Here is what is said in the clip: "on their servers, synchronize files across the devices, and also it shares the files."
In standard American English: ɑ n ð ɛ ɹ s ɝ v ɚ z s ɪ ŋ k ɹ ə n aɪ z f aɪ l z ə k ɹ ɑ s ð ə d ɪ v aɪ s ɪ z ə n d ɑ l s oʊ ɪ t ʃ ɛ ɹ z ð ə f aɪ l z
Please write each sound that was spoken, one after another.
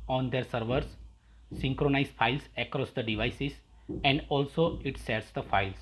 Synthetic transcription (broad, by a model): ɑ n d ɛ ɹ s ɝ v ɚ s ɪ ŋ k ɹ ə n aɪ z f aɪ l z ə k ɹ ɑ s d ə d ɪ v aɪ s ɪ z ə n d ɑ l s oʊ ɪ t s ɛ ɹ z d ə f aɪ l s